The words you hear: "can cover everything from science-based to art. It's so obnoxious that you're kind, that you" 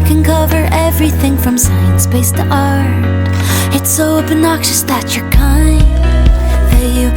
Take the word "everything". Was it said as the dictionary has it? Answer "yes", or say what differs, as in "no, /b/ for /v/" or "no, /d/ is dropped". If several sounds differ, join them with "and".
yes